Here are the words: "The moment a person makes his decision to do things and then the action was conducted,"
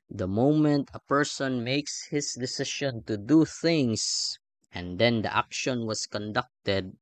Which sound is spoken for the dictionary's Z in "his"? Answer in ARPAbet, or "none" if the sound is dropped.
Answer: S